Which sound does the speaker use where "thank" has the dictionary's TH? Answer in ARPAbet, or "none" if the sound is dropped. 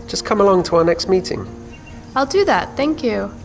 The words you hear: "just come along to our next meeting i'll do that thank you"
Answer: TH